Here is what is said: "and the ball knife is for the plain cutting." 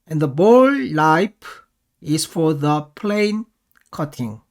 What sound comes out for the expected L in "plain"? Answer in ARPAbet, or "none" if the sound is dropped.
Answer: L